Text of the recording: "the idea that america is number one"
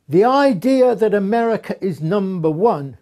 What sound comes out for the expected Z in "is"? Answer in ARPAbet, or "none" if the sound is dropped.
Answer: Z